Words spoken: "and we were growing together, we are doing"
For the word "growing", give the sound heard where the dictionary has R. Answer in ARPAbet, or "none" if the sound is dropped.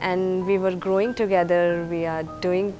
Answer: R